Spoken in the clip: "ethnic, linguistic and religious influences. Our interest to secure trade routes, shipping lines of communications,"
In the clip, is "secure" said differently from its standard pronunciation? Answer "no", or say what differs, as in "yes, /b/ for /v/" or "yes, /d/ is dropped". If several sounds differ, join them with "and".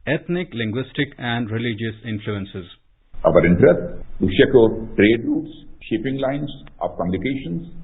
yes, /ʃ/ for /s/